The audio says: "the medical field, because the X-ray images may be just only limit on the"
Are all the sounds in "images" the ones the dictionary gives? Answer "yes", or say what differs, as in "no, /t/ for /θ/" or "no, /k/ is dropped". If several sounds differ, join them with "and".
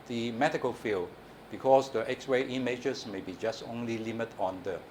no, /s/ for /z/